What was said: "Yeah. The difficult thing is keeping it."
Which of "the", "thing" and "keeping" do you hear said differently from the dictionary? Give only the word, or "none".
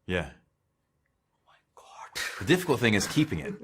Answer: none